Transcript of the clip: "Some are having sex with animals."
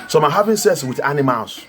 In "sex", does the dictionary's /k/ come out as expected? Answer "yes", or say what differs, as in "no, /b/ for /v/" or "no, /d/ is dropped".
no, /k/ is dropped